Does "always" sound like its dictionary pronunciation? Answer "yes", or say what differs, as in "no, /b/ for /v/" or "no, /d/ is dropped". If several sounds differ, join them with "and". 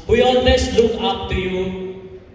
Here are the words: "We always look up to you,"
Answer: no, /s/ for /z/